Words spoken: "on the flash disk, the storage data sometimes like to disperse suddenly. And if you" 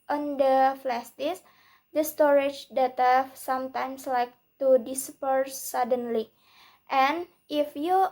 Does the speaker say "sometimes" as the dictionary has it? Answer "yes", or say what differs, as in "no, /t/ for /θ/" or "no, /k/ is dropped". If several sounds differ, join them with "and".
no, /s/ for /z/